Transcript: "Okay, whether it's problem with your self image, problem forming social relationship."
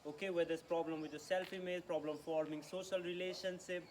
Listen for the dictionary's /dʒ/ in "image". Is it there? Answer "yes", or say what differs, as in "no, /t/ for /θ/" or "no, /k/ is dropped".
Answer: no, /z/ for /dʒ/